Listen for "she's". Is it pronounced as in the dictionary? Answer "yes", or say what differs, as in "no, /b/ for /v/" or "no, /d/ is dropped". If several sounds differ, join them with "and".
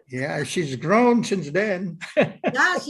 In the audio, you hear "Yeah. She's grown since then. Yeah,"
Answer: yes